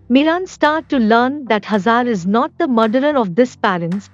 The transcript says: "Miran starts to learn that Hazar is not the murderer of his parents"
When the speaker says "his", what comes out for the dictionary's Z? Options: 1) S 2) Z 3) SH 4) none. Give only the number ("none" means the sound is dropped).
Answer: 1